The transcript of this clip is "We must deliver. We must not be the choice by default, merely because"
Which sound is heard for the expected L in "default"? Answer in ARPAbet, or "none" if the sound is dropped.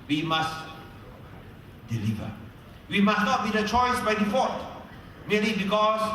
none